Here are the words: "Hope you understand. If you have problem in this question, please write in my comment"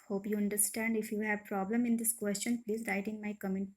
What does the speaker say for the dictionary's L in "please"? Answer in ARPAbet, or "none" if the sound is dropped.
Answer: L